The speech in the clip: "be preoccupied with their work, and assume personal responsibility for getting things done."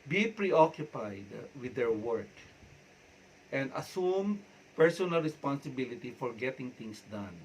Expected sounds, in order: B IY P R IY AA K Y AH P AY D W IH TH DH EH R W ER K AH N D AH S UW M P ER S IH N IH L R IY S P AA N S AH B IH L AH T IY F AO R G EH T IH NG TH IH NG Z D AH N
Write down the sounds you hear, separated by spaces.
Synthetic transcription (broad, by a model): B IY P R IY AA K Y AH P AY D W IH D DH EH R W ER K AH N D AH S UW M P ER S IH N IH L R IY S P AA N S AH B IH L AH T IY F AO R G EH T IH NG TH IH NG S D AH N